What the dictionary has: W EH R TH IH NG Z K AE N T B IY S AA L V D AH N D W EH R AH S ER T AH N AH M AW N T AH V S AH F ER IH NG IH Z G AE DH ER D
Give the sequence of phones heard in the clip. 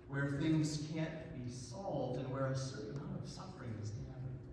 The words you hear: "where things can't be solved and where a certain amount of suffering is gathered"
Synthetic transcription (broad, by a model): W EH R TH IH NG Z K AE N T B IY S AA L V D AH N W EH R AH S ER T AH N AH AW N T AH V S AH F ER IH NG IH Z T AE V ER